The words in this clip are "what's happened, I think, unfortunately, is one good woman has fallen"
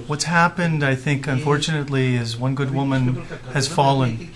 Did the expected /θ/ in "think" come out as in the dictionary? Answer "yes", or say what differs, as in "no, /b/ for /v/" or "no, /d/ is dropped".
yes